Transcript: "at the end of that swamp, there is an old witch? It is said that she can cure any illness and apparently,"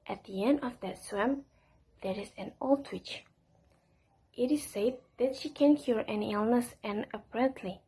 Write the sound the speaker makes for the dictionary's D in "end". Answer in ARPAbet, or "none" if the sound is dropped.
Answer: D